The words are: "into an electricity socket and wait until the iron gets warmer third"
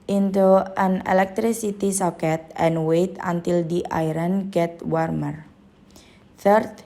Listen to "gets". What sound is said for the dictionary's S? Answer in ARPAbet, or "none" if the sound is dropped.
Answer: none